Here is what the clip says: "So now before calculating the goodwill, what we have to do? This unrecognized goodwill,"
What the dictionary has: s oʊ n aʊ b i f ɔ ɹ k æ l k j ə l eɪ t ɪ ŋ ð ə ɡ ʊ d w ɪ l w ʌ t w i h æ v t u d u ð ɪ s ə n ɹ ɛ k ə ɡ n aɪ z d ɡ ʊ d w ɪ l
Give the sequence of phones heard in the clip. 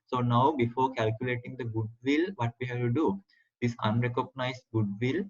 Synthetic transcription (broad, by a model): s oʊ n aʊ b i f ɔ ɹ k æ l k j ə l eɪ t ɪ ŋ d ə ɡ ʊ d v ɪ l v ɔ t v i h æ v t u d u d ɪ s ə n ɹ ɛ k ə ɡ n aɪ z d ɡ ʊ d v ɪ l